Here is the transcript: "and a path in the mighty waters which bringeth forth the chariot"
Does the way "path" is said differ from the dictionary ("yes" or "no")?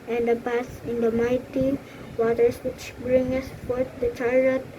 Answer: yes